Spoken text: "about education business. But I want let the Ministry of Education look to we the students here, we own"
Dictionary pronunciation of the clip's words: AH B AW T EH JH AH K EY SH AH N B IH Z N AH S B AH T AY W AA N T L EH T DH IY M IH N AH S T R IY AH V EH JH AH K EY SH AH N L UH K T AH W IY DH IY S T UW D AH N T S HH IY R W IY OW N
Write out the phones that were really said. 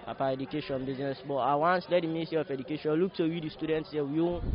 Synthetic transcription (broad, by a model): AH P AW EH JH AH K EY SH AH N B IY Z N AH S B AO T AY W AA N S L EH T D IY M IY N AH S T IY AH F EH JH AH K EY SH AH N L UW K T AH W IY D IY S T UW D AH N T S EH W IY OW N